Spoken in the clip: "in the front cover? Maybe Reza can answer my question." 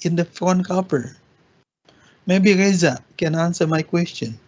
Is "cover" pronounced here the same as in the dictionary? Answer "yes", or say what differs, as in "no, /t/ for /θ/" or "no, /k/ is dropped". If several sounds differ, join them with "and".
no, /p/ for /v/